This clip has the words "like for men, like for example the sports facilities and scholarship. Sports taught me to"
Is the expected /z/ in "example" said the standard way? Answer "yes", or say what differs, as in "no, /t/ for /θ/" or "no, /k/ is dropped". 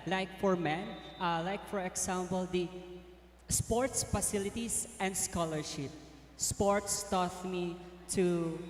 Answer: no, /s/ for /z/